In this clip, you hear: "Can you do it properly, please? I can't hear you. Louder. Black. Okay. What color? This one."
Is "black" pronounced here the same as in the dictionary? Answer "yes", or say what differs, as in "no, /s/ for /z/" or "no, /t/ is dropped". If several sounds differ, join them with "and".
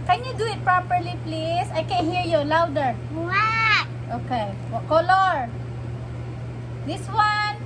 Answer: no, /k/ is dropped